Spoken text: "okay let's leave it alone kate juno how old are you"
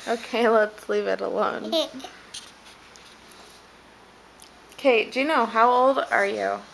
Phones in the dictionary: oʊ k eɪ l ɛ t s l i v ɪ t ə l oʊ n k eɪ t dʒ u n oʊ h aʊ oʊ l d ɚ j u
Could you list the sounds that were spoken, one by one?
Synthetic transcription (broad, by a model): oʊ k eɪ l ɛ t s l i v ɪ t ə l oʊ n k eɪ t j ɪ n oʊ h aʊ oʊ l d ɚ j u